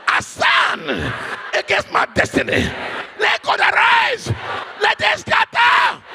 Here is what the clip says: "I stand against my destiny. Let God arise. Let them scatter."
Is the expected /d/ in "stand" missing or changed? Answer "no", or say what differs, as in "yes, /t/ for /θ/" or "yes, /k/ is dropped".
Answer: yes, /d/ is dropped